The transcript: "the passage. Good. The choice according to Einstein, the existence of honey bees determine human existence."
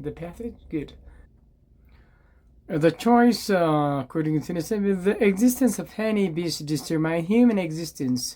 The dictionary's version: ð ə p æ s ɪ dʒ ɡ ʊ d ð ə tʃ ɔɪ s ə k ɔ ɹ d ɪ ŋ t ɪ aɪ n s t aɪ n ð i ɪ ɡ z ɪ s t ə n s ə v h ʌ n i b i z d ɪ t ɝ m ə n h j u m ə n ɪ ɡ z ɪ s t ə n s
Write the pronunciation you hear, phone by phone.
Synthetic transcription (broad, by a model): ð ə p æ θ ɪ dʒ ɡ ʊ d ð ə tʃ ɔɪ s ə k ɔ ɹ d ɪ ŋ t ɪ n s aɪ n ð i ɪ ɡ z ɪ s t ə n s ə v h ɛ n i b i s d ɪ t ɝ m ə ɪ h j u m ə n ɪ ɡ z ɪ s t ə n s